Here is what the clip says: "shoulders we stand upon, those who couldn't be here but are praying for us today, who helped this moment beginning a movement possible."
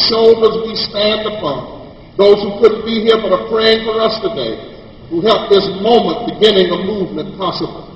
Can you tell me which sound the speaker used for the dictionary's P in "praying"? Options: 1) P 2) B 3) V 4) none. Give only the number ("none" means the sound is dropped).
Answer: 1